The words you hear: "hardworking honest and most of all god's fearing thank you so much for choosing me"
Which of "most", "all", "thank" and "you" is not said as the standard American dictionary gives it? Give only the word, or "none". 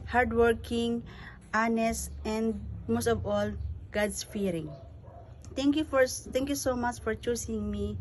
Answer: thank